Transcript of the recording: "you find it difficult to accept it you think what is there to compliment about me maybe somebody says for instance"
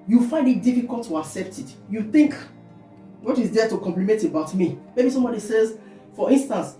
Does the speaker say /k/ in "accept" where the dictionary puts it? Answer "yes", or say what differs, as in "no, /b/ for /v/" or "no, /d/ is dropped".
yes